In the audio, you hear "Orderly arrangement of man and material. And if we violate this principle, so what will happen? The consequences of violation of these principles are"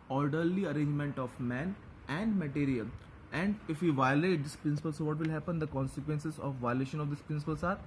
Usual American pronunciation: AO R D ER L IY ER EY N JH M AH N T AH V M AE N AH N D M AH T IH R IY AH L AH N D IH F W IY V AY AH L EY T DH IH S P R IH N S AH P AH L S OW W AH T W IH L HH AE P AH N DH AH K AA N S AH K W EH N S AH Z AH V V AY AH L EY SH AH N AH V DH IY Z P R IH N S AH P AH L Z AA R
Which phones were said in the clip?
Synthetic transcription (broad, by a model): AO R D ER L IY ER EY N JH M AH N T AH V M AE N AH N D M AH T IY R IY AH L AH N D IH F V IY V AY AH L EY T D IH S P R IH N S AH P AH L S OW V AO T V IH L HH AE P AH N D AH K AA N S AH K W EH N S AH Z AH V V AY AH L EY SH AH N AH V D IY S P R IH N S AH P AH L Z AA R